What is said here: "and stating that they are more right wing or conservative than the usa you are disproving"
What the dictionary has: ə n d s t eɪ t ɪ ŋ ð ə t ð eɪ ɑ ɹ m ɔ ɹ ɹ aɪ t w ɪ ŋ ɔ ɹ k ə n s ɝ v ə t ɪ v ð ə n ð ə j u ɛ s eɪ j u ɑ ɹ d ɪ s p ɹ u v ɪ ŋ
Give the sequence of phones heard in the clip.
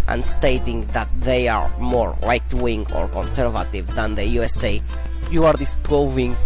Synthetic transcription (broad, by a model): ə n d s t eɪ t ɪ ŋ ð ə t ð eɪ ɑ ɹ m ɔ ɹ l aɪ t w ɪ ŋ ɔ ɹ k ə n s ɝ v ə t ɪ v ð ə n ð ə j u ɛ s eɪ j u ɑ ɹ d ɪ s p ɹ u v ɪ ŋ